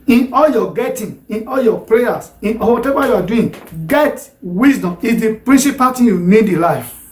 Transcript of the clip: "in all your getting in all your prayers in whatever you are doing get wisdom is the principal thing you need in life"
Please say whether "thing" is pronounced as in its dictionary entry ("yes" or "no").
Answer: no